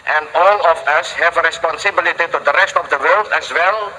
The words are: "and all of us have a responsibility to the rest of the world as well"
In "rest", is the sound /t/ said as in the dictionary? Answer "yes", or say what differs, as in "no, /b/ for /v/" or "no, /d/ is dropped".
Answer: yes